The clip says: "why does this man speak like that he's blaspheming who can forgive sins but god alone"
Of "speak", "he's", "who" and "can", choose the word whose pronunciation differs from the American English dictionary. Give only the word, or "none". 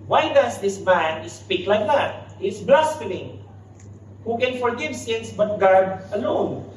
he's